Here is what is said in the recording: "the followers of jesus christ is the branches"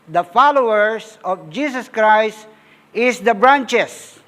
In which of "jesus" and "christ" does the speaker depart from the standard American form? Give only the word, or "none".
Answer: jesus